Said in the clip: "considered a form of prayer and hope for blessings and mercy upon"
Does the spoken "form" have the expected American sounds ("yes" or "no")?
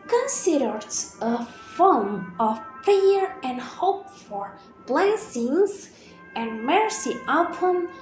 no